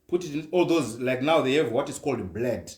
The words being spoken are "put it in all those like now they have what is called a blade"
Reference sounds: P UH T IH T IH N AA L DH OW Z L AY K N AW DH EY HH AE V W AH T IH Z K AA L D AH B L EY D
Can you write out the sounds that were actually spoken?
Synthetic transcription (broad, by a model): P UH T IH T IH N AA L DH OW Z L AY K N AW DH EY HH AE V W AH T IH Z K AA L D B L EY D